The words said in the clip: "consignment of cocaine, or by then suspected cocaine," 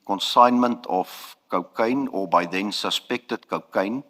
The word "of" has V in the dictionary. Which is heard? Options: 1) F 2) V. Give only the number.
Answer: 1